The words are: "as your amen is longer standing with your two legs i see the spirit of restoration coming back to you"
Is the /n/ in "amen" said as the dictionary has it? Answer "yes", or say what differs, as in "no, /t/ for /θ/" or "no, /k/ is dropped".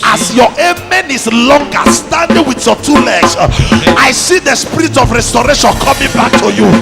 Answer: yes